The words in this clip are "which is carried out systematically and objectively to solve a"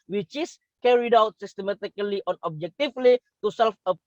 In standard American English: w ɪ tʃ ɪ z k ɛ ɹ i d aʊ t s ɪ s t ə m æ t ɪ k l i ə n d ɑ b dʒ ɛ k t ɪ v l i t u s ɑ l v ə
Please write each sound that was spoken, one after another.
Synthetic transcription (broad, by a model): w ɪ tʃ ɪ s k ɛ ɹ i d aʊ t s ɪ s t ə m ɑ t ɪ k l i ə n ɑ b dʒ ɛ k t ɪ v l i t u s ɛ l f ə